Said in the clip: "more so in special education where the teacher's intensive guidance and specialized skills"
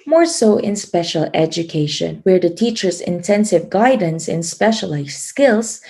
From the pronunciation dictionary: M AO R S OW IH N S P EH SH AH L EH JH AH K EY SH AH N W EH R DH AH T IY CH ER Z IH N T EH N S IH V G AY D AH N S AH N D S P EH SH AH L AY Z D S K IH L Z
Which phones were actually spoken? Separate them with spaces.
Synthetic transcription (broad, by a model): M AO R S OW IH N S P EH SH AH L EH JH AH K EY SH AH N W EH R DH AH T IY CH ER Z IH N T EH N S IH V G AY D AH N S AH N S P EH SH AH L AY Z S K IH L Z